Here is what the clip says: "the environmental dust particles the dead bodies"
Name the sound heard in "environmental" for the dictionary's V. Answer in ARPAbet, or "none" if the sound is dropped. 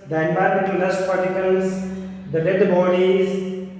B